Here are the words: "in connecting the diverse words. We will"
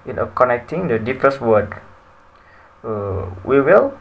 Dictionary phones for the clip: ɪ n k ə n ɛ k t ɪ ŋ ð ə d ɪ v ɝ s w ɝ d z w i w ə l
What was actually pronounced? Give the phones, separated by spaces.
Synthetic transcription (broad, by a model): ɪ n k ə n ɛ k t ɪ ŋ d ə d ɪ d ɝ s w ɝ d w i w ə l